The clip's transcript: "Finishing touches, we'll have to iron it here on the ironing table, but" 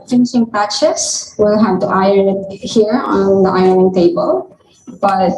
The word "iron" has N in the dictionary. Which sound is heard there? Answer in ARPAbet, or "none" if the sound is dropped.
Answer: none